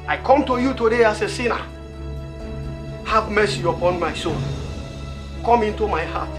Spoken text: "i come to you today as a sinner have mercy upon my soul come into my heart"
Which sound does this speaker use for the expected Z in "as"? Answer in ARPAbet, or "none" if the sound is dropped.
S